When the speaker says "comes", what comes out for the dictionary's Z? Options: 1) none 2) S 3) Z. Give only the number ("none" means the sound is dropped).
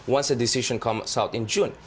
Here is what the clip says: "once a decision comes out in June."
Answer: 2